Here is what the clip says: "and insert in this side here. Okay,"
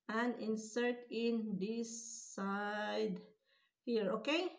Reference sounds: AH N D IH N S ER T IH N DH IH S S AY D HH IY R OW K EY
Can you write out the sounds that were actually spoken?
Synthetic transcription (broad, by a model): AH N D IH N S ER T IH N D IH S S AY D HH IY R OW K EY